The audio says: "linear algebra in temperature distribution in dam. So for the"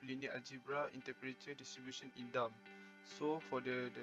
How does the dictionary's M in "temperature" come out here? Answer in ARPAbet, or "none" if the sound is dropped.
none